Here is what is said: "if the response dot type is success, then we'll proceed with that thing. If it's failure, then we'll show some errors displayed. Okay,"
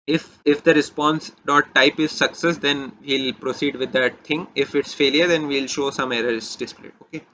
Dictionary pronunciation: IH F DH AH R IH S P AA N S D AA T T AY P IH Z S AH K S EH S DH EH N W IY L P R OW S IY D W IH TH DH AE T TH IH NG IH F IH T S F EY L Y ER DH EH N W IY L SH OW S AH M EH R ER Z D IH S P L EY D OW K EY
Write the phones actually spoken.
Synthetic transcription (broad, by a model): IH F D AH R IH S P AA N S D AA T T AY P IH Z S AH K S EH S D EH N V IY L P R OW S IY D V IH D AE T T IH NG IH F IH T S F EY L Y ER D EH N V IY L SH OW S AH M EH R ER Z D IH S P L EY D OW K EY